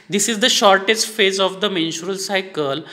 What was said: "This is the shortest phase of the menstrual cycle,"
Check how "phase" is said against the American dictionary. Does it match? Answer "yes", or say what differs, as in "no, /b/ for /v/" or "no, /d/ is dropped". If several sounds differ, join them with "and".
yes